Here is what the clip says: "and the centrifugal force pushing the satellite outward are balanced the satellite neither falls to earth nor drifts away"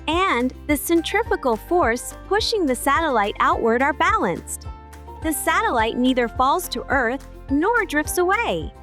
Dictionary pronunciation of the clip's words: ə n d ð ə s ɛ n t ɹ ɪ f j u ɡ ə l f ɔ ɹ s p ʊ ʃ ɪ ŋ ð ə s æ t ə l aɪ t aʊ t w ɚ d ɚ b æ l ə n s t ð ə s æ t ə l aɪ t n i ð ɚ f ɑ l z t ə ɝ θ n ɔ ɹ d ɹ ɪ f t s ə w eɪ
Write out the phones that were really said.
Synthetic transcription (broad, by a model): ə n ð ə s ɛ n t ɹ ɪ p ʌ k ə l f ɔ ɹ s p ʊ ʃ ɪ ŋ ð ə s æ t ə l aɪ t aʊ t w ɚ d ɚ b æ l ə n s t ð ə s æ t ə l aɪ t n i ð ɚ f ɑ l z t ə ɝ θ n ɔ ɹ d ɹ ɪ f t s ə w eɪ